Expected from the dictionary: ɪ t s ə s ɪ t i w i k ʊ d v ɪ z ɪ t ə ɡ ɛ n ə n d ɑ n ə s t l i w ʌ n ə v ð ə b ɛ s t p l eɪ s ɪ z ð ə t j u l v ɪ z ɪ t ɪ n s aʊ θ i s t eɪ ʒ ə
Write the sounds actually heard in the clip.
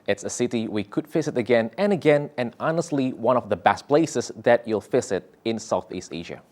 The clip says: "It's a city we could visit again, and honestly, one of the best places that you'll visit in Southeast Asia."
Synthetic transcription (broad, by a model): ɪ t s ə s ɪ t i w i k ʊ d f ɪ s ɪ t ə ɡ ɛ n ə n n ɑ n ə s t l i w ʌ n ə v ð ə b ɛ s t p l eɪ s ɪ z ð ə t j u l f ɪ s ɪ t ɪ n s aʊ θ i s t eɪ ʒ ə